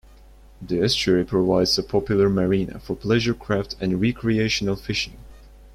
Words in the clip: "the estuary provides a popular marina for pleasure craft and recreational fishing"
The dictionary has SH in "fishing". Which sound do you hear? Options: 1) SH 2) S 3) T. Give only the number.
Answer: 1